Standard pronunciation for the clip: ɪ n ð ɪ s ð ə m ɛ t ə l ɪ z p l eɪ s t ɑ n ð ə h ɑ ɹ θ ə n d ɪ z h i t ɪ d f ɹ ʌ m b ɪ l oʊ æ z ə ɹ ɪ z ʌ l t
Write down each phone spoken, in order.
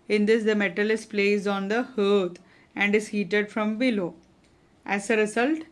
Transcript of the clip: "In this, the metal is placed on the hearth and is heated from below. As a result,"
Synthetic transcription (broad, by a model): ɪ n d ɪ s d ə m ɛ t ə l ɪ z p l eɪ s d ɑ n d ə h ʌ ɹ t ə n d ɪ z h i t ɪ d f ɹ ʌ m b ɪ l oʊ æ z ə ɹ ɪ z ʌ l t